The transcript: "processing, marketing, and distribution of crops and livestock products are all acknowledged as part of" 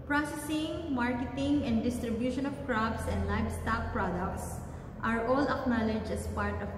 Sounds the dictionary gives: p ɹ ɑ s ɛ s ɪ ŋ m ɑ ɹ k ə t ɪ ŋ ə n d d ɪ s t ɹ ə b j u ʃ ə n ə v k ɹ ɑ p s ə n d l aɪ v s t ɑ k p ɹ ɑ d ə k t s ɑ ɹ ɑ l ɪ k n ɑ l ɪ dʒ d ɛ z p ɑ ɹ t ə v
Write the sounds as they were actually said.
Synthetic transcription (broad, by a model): p ɹ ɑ s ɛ s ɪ ŋ m ɑ ɹ k ə t ɪ ŋ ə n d d ɪ s t ɹ ə b j u ʃ ə n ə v k ɹ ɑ b s ə n d l aɪ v s t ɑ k p ɹ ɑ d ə k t s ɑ ɹ ɑ l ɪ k n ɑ l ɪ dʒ ɛ s p ɑ ɹ t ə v